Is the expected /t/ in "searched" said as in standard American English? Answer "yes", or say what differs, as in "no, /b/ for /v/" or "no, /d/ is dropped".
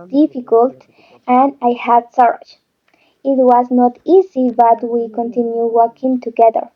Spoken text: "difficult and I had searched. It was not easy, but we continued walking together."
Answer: no, /t/ is dropped